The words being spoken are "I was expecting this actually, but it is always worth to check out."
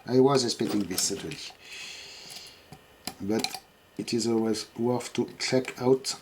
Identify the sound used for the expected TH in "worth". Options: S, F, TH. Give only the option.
F